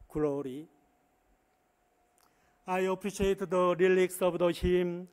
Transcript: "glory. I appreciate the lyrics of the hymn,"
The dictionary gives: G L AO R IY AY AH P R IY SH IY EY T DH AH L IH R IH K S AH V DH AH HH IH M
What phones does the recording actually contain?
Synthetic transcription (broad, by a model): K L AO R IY AY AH P R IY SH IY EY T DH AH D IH L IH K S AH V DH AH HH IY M